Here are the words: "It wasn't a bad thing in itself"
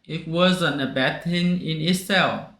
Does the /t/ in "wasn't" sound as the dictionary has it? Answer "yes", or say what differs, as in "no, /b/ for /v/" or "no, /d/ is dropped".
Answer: no, /t/ is dropped